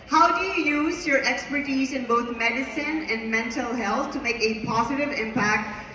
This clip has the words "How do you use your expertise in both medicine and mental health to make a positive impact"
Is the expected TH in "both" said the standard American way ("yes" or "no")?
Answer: no